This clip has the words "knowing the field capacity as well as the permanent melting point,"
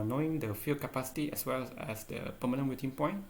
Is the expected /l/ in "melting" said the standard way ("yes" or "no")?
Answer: no